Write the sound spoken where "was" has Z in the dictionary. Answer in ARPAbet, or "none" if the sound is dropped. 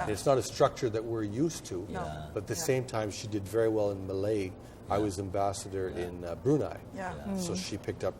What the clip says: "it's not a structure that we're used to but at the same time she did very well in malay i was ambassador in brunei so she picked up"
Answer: Z